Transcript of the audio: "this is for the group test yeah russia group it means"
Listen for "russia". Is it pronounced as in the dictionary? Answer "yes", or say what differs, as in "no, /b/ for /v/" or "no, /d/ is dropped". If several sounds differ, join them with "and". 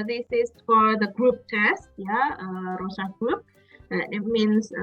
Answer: no, /s/ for /ʃ/